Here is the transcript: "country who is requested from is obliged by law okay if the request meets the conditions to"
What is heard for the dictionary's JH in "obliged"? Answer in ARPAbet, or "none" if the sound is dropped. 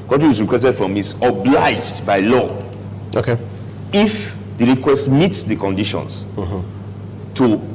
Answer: JH